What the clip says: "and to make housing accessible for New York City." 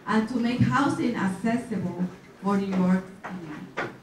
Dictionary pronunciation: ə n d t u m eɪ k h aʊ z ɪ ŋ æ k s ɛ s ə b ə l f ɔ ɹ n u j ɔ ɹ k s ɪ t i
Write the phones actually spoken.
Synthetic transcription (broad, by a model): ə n t u m eɪ k h aʊ s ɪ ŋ æ k s ɛ s ə b ə l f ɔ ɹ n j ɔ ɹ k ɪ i